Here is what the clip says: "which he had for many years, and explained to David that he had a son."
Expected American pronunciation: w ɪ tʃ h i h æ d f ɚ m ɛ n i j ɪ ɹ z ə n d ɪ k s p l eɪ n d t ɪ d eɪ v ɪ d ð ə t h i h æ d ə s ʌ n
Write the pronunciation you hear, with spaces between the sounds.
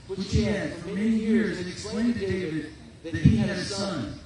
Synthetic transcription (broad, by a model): w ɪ tʃ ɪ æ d f ɚ m ɛ n i j ɪ ɹ z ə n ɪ k s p l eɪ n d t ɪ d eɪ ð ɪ ð ə t h i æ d ə s ʌ n